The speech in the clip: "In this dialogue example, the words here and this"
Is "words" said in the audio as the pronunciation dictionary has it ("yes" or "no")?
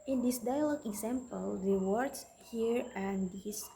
no